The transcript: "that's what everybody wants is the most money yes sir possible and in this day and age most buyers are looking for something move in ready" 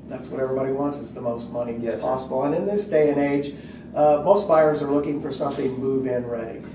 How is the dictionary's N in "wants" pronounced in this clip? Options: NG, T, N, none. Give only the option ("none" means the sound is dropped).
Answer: N